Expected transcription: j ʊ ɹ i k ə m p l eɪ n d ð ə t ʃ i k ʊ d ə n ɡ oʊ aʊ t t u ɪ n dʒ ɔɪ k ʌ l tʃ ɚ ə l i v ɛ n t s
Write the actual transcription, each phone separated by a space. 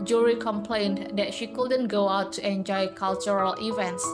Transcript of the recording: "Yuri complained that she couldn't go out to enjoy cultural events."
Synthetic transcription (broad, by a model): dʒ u ɹ i k ə m p l eɪ n d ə t ʃ i k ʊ d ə n ɡ oʊ aʊ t t u ɪ n dʒ ɔɪ k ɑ l tʃ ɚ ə l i v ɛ n t s